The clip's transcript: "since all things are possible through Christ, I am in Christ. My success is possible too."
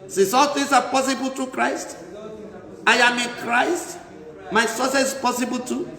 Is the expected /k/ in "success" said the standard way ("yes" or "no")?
no